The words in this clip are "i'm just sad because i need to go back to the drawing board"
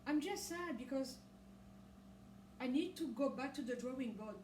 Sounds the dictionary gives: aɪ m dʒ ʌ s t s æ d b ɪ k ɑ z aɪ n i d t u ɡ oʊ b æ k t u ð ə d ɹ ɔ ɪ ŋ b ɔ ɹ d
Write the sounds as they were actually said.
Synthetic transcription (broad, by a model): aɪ m dʒ ʌ s t s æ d b ɪ k ɑ z aɪ n i d t u ɡ oʊ b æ k t u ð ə d ɹ ɔ ɪ ŋ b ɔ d